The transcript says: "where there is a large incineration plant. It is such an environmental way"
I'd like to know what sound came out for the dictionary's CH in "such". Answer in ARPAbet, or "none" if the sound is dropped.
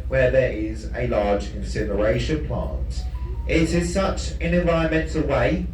CH